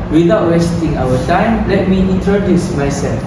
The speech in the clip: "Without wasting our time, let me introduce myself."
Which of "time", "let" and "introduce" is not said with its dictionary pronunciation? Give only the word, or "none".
introduce